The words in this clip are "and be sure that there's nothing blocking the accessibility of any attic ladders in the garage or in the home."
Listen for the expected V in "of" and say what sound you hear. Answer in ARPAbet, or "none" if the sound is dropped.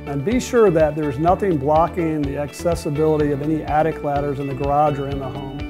V